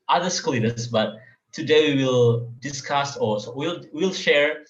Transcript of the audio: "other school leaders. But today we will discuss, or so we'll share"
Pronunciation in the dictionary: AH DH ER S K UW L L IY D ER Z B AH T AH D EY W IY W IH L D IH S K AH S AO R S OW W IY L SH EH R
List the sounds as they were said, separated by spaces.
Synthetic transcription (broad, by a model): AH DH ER S K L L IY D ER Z B AH T AH D EY W IY W IH L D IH S K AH S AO L S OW W IY L SH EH R